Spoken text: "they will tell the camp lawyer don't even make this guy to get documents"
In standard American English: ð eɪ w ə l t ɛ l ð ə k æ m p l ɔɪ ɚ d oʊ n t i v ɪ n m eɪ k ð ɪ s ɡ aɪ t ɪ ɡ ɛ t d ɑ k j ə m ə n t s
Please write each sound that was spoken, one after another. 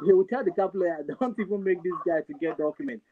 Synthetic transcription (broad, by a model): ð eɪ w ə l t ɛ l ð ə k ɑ p l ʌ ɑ d oʊ n t i v ɪ n m eɪ k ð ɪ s ɡ aɪ t ɪ ɡ ɛ t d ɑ k j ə m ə n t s